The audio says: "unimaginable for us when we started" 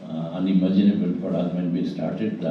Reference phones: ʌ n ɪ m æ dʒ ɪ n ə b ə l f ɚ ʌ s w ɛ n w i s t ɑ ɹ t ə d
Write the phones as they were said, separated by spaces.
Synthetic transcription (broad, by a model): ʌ n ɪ m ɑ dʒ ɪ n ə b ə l p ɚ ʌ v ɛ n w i s t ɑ ɹ t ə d